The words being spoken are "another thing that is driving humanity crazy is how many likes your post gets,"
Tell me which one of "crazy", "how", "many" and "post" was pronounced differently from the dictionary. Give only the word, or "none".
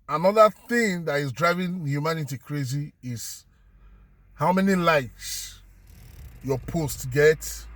none